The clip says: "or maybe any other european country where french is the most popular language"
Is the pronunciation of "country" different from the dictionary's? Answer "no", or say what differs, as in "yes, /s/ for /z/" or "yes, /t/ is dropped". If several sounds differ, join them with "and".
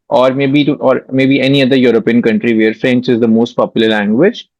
no